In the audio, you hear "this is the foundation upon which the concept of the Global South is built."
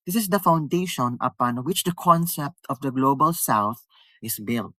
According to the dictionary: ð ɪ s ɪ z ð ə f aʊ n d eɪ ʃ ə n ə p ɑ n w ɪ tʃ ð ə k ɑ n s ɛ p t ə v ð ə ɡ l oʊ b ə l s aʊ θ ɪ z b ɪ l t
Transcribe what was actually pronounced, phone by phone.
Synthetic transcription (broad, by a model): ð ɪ s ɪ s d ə f aʊ n d eɪ ʃ ə n ə p ɑ n w ɪ tʃ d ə k ɑ n s ɛ p t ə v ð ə ɡ l oʊ b ə l s aʊ θ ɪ s b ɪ l t